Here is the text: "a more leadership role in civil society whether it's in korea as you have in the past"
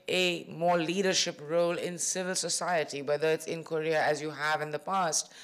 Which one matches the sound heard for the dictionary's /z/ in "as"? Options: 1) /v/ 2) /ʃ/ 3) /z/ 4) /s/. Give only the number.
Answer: 3